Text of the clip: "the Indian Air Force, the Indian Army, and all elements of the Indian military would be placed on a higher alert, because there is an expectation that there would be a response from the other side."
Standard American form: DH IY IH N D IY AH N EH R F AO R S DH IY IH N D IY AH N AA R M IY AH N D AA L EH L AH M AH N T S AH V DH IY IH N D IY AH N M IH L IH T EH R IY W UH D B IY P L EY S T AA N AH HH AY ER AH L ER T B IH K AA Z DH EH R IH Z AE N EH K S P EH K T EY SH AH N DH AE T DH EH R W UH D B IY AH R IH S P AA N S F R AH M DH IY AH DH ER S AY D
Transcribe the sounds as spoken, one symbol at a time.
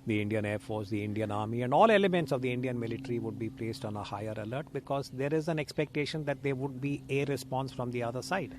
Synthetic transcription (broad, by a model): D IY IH N D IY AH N EH R F AO R S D IY IH N D IY AH N AA R M IY AH N D AA L EH L AH M AH N T S AH V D IY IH N D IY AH N M IH L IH T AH R IY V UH D B IY P L EY S T AA N AH HH AY ER AH L ER T B IH K AA Z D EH R IH Z AE N EH K S P EH K T EY SH AH N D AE T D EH R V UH D B IY AH R IH S P AA N S F R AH M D IY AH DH ER S AY D